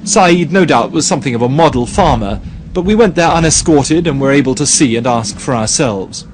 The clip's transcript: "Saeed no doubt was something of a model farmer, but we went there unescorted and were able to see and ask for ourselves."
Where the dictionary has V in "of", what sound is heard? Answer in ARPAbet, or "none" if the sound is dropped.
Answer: V